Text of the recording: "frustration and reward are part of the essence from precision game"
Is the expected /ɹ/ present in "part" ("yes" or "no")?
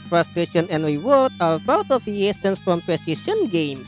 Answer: no